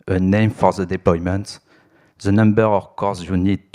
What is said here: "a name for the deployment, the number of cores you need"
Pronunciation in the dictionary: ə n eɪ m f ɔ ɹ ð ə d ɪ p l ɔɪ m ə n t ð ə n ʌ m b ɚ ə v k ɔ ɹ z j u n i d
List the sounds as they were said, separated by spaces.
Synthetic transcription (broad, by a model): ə n eɪ m f ɔ ɹ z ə d ɪ p l ɔɪ m ə n t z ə n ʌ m b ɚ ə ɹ k ɔ ɹ z j u n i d